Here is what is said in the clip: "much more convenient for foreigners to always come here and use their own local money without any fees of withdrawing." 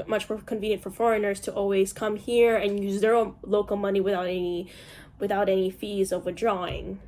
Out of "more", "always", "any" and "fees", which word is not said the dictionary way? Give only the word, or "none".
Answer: none